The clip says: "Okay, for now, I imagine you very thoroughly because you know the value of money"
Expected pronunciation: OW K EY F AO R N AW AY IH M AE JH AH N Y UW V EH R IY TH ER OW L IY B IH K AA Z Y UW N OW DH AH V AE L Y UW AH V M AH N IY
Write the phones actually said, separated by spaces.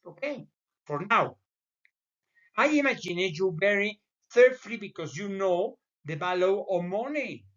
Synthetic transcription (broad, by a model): OW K EY F AO R N AW AY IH M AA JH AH N Y UW B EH R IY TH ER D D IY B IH K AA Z Y UW N OW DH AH B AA L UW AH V M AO N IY